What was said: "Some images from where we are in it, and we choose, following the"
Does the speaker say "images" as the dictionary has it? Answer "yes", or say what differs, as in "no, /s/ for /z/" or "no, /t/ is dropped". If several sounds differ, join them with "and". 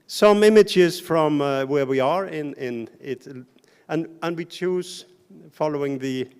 yes